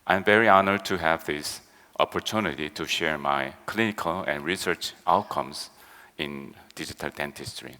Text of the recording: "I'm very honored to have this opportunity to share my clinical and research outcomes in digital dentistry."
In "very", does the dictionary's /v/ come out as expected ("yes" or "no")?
yes